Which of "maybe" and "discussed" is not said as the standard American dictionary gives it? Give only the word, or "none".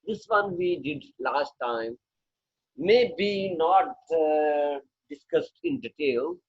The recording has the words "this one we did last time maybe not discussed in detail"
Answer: none